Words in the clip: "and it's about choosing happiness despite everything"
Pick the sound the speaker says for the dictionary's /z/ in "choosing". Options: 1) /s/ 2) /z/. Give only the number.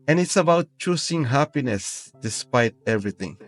1